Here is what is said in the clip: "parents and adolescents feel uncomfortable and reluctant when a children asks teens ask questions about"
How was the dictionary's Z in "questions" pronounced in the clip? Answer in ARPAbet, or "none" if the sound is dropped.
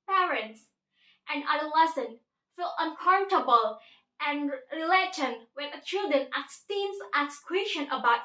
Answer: none